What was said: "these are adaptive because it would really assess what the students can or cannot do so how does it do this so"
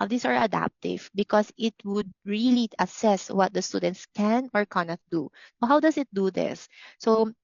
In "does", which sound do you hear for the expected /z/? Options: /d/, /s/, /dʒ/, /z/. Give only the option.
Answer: /s/